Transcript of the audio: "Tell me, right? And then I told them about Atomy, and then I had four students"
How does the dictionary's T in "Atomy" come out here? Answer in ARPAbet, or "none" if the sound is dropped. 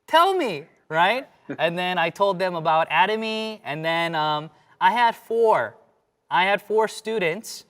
T